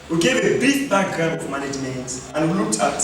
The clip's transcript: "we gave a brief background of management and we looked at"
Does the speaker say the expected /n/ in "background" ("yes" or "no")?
no